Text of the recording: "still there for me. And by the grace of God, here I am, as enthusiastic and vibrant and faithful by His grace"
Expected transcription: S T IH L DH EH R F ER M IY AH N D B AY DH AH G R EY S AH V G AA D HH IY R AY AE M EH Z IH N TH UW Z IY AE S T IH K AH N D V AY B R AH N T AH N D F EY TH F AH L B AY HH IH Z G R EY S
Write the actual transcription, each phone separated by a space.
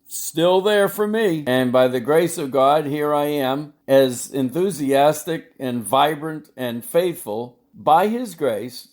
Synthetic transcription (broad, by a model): S T IH L DH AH R F ER M IY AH N B AY DH AH G R EY S AH V G AA D HH IY R AY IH M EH Z IH N TH UW Z IY AE S T IH K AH N V AY B R AH N T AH N F EY TH F AH L B AY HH IH Z G R EY S